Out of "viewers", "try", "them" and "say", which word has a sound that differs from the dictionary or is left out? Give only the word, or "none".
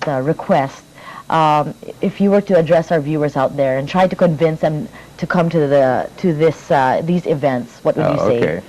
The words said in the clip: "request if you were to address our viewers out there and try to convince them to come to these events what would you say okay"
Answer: none